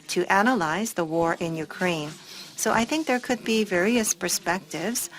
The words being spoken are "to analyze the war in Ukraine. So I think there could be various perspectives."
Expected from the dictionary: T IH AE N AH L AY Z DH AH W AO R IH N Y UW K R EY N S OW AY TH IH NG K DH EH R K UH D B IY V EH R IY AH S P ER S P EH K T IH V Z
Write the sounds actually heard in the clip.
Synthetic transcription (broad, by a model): T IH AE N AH L AY Z DH AH W AO R IH N Y UW K R EY N S OW AY TH IH NG K DH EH R K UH D B IY V EH R IY AH S P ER S P EH K T IH V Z